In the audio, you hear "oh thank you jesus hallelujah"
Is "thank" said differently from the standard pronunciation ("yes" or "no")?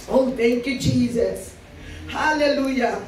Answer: yes